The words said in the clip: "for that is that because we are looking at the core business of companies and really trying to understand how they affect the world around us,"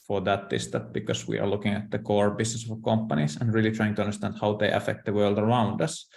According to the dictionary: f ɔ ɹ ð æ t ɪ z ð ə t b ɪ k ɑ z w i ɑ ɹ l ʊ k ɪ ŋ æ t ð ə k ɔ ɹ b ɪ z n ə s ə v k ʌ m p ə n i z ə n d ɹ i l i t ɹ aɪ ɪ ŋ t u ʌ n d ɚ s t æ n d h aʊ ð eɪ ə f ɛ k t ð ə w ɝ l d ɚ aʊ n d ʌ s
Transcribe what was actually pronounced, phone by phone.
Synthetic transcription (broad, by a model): f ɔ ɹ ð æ t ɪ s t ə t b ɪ k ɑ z w i ɑ ɹ l ʊ k ɪ ŋ æ t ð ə k ɔ ɹ b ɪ s n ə s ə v k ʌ m p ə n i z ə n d ɹ i l i t ɹ aɪ ɪ ŋ t u ʌ n d ɚ s t æ n d h aʊ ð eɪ ə f ɛ k t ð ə w ɝ l d ɚ aʊ n d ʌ s